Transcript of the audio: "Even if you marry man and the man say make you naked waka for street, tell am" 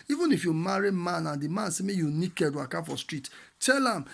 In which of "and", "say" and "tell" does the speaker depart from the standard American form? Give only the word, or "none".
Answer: none